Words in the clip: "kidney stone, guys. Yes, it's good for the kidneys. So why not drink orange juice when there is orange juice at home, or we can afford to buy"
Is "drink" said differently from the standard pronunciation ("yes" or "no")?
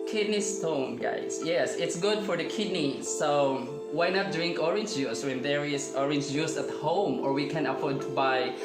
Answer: no